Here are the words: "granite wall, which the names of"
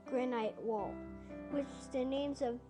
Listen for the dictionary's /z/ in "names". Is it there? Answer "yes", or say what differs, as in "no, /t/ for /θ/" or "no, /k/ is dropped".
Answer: yes